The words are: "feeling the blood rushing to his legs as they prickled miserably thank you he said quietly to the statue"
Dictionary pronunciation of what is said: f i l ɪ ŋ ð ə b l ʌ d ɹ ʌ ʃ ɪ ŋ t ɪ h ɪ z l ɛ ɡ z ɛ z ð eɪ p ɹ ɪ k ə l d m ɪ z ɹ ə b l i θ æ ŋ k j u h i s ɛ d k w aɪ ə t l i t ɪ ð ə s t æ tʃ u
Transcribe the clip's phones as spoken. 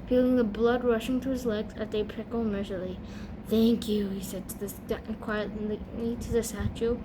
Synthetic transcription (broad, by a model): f i l ɪ ŋ ð ə b l ʌ d ɹ ʌ ʃ ɪ ŋ t ɪ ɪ z l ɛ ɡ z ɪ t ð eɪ p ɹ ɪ k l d m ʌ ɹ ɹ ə l i θ æ ŋ k j u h i s ɛ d k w aɪ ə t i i t ɪ ð ə s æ tʃ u